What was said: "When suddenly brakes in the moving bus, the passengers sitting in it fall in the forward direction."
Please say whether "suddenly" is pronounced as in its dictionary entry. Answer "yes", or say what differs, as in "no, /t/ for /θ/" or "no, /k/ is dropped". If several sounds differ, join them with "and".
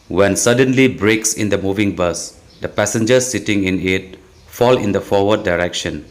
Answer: yes